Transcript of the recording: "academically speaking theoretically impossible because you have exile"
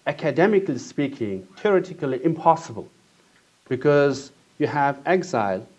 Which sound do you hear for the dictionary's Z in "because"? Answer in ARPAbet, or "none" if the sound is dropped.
Z